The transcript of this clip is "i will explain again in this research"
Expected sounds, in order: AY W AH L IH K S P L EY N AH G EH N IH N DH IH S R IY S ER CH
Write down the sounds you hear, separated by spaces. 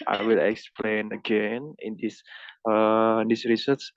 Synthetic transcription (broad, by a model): AY W AH L IH K S P L EY N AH G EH N IH N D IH S R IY S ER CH